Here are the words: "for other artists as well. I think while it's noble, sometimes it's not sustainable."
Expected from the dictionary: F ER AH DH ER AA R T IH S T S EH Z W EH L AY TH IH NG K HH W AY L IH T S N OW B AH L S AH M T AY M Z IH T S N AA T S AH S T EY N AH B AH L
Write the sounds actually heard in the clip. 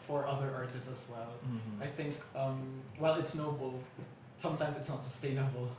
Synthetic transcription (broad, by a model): F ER AH DH ER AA R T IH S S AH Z W EH L AY TH IH NG K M W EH L IH T S N OW B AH L S AH M T AY M Z IH T S N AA T S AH S T EY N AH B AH L